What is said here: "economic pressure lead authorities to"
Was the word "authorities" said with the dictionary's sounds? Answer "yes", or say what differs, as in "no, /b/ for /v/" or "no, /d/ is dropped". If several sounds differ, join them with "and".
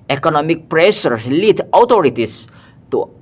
no, /t/ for /θ/